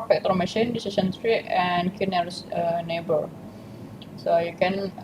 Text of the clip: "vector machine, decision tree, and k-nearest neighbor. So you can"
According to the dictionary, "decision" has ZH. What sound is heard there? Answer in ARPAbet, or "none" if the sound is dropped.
S